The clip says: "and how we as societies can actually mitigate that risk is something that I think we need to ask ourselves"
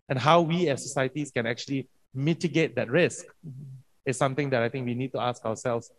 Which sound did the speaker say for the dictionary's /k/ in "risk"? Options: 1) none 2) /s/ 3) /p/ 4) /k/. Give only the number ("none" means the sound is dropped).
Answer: 4